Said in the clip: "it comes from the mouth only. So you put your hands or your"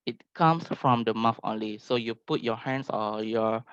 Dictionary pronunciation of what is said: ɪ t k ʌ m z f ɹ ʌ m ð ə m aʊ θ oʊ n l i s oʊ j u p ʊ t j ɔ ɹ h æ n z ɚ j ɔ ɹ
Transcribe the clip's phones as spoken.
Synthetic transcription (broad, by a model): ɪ t k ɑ m s f ɹ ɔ m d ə m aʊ f oʊ n l i s oʊ j u p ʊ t j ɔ h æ n s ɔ j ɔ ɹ